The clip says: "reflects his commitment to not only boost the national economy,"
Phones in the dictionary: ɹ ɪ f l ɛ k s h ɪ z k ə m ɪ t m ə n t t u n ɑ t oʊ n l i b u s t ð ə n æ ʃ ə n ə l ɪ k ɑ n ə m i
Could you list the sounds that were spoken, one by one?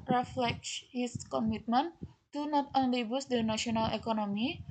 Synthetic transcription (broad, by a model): ɹ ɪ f l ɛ k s h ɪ s k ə m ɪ t m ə n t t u n ɑ t oʊ n l i b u s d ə n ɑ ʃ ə n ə l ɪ k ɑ n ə m i